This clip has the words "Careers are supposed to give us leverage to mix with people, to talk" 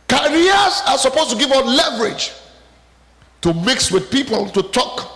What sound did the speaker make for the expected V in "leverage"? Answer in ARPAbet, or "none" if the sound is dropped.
V